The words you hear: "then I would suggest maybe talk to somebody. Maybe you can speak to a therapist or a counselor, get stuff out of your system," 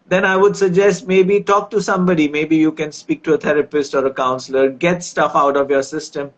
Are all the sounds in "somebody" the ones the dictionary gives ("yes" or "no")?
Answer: yes